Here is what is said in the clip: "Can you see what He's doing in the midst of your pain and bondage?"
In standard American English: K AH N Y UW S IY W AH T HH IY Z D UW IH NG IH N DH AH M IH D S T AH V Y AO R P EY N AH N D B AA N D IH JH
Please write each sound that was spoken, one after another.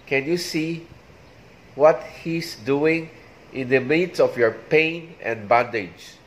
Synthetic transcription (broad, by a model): K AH N Y UW S IY W AH T HH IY S D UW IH NG IH N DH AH M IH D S AH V Y AO R P EY N AH N D B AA N D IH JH